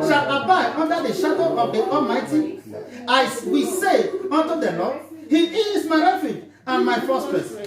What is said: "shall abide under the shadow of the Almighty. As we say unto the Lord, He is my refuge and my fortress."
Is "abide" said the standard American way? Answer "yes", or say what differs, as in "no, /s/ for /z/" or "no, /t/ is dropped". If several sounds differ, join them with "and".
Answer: no, /d/ is dropped